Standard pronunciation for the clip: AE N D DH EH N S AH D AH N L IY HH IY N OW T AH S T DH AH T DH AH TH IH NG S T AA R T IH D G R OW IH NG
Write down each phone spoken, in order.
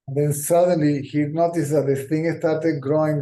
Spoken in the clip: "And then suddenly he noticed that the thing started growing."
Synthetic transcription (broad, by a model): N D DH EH N S AH D AH N L IY HH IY N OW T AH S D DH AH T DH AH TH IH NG S T AA R T IH D G R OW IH NG